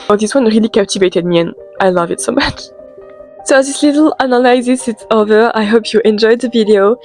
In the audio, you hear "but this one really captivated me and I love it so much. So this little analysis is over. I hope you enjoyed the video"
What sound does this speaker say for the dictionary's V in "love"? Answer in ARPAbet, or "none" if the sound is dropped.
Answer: V